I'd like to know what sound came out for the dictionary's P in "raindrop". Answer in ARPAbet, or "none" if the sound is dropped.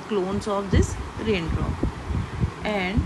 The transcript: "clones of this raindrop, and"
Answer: none